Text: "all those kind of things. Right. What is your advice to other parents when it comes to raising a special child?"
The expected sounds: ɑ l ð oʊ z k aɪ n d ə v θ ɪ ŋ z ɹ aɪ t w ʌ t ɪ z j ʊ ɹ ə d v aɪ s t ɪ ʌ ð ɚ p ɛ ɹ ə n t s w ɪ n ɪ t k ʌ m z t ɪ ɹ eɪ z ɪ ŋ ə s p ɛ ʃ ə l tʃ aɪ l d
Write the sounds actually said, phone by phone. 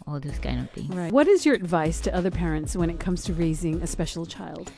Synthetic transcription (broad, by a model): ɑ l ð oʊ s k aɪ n ə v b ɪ ɹ aɪ t w ʌ t ɪ z j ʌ ɹ ə d v aɪ s t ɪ ʌ ð ɚ p ɛ ɹ ə n t s w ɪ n ɪ t k ʌ m z t ɪ ɹ eɪ z ɪ ŋ ə s p ɛ ʃ l tʃ aɪ l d